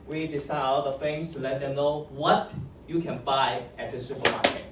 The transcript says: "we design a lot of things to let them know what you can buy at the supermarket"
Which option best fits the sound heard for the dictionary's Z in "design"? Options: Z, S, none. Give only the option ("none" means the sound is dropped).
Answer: S